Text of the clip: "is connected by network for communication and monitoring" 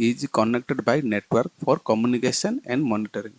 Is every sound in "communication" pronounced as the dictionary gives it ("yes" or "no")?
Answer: no